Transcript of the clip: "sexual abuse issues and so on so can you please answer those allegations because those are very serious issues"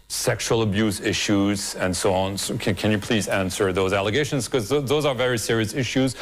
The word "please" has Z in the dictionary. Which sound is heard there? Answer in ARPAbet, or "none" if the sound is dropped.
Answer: Z